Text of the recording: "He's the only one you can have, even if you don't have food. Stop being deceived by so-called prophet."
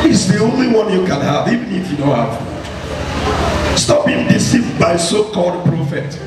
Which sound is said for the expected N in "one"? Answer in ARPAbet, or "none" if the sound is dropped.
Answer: N